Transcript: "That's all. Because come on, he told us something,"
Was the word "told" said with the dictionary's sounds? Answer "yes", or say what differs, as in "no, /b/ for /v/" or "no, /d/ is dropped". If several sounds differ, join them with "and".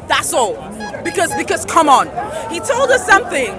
yes